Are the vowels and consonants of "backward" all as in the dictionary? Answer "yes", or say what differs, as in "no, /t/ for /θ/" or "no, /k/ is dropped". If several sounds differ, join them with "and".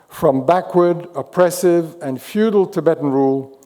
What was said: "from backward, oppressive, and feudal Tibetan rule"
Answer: yes